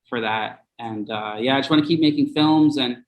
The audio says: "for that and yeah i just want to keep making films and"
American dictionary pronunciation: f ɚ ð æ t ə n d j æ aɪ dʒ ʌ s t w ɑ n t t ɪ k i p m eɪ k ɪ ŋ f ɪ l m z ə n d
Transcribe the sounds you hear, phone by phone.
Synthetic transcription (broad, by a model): f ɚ ð æ t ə n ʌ j æ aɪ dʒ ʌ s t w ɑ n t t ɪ k i p m eɪ k ɪ ŋ f ɪ l m z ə n